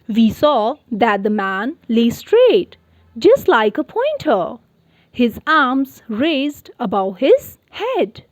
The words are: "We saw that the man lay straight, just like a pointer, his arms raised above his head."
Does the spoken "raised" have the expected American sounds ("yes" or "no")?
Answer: yes